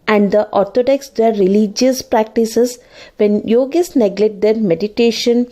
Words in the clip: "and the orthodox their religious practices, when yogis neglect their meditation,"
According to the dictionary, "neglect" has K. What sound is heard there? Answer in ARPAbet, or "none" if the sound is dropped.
none